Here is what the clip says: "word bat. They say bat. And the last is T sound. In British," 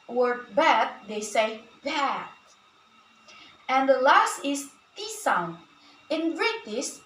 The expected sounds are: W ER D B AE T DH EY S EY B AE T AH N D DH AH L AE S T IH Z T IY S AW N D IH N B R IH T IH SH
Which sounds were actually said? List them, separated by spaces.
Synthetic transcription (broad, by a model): W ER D B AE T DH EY S EY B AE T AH N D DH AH L AE S T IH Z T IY S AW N IH N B R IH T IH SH